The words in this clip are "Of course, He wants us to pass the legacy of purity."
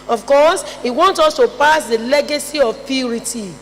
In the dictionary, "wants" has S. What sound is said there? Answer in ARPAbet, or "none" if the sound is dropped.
none